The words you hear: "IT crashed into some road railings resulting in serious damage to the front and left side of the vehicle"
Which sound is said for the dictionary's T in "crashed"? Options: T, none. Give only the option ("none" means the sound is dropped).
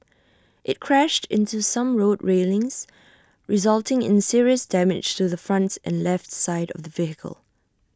T